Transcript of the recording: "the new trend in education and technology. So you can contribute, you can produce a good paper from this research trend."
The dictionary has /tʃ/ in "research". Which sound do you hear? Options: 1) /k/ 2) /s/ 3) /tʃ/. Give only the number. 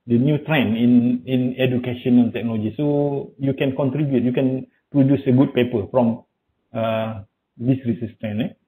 2